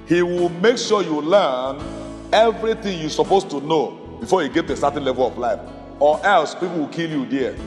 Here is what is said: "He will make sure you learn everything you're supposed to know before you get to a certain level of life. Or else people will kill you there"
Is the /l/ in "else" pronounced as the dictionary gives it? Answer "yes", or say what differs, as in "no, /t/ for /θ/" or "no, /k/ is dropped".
yes